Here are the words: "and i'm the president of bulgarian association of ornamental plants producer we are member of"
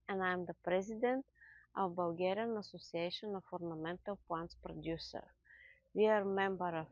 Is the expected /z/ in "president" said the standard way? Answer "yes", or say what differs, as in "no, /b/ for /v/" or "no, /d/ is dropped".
yes